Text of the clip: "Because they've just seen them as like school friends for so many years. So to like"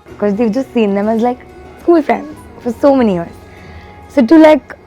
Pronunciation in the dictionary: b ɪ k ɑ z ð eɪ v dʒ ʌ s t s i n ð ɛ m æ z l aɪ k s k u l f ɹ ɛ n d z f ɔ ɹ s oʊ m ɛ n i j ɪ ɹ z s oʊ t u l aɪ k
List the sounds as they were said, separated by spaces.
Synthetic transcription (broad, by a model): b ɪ k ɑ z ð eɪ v dʒ ʌ s t s i n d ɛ m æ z l aɪ k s ɔ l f ɹ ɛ n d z f ɔ ɹ s oʊ m ɛ n i j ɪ ɹ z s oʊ t u l aɪ k